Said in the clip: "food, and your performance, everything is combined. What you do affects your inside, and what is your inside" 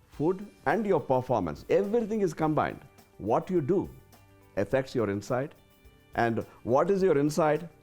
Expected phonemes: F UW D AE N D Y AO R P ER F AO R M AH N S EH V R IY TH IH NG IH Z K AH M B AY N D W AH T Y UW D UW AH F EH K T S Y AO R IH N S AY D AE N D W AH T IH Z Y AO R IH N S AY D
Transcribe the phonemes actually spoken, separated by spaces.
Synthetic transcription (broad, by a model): F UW D AE N D Y AO R P ER F AO R M AH N S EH V R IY T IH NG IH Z K AH M B AY N D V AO T Y UW D UW AH F EH K T S Y AO R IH N S AY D AE N D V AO T IH Z Y AO R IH N S AY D